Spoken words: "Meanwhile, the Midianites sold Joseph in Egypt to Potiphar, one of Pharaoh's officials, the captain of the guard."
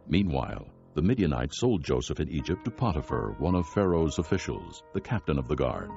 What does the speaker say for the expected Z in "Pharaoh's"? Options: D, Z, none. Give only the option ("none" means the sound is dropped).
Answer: Z